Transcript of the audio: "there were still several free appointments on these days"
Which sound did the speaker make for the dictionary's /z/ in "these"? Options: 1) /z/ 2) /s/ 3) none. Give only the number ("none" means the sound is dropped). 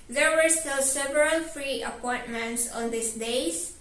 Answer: 2